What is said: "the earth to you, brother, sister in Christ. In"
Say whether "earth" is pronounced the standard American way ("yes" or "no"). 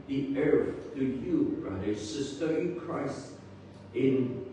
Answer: no